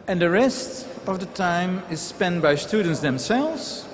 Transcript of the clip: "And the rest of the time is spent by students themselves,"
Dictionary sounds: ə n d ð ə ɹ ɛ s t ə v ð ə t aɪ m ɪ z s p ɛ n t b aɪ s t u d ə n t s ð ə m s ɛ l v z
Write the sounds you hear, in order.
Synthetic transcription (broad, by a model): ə n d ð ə ɹ ɛ s t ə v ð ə t aɪ m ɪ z s p ɛ n t b aɪ s t u d ə n t s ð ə m s ɛ l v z